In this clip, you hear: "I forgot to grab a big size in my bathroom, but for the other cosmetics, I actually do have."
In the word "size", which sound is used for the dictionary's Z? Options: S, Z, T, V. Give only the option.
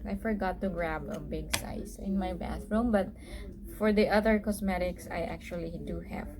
S